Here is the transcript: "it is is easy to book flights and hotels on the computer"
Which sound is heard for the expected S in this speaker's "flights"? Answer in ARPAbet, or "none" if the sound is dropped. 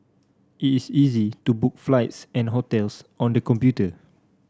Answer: S